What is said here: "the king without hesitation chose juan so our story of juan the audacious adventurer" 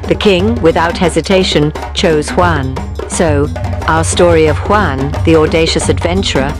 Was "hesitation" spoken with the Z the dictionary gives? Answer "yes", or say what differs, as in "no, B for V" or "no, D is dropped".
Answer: yes